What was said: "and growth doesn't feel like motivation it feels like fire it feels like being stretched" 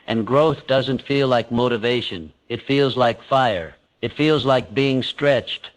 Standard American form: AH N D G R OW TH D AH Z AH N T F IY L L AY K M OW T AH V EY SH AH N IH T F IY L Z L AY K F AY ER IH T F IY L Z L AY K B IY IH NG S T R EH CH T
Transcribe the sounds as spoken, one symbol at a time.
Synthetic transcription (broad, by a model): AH N G R OW TH D AH Z AH N T F IY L L AY K M OW T AH V EY SH AH N IH T F IY L Z L AY K F AY ER IH T F IY L Z L AY K B IY IH NG S T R EH CH T